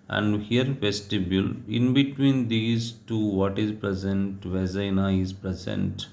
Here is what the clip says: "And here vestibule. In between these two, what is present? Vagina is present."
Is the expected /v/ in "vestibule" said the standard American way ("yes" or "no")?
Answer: no